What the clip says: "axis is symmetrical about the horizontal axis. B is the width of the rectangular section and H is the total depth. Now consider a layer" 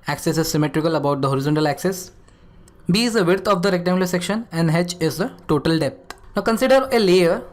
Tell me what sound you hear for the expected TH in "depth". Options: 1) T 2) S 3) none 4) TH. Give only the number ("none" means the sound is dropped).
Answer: 1